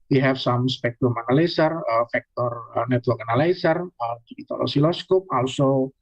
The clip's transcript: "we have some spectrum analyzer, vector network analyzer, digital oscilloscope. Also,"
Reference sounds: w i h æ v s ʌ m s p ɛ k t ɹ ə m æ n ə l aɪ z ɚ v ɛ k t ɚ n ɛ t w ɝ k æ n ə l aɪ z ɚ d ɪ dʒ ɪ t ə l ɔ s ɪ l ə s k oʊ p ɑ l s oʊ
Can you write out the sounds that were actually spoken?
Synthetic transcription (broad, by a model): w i h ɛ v s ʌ m s p ɛ k t ɹ ə m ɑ n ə l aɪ s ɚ f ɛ k t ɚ n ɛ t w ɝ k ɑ n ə l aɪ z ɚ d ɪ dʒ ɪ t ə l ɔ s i l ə s k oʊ p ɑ l s oʊ